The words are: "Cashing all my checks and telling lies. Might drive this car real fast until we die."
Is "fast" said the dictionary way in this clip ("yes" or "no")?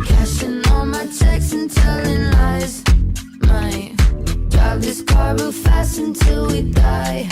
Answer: no